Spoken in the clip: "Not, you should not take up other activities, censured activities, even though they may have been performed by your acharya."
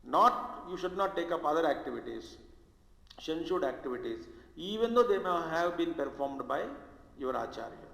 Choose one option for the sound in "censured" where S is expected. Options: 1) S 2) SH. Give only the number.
2